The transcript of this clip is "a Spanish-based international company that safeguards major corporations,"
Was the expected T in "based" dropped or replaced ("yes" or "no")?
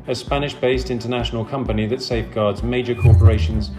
no